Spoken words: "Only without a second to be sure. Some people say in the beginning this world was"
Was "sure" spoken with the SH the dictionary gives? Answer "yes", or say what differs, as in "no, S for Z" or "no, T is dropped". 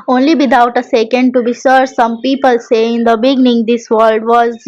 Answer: no, S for SH